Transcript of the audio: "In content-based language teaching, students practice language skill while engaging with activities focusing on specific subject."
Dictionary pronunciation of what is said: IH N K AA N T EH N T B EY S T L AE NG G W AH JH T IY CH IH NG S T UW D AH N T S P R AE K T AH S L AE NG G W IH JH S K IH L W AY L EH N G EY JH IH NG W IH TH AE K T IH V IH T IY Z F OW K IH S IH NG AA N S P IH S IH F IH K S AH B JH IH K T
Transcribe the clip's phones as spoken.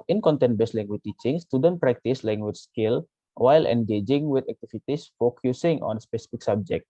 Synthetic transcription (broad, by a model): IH N K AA N T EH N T B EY S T L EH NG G W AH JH T IY CH IH NG S T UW D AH N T P R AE K T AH S L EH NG G W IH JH S K IH L W AY L EH N G EY JH IH NG W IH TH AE K T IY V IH T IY S F OW K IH S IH NG AA N S P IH S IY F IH K S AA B JH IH K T